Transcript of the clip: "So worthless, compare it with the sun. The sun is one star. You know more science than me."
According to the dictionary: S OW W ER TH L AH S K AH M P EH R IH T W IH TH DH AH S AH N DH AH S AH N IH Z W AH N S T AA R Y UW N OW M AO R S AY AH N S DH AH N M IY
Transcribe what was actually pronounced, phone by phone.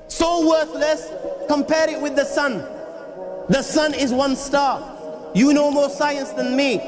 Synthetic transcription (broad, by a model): S OW W ER TH L AH S K AH M P EH R IH T W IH DH AH S AH N DH AH S AH N IH Z W AH N S T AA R Y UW N OW M AO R S AY AH N S DH AH N M IY